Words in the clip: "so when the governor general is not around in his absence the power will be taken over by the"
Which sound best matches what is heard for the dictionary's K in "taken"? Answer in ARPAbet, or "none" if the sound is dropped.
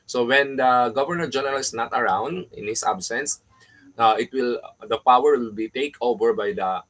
none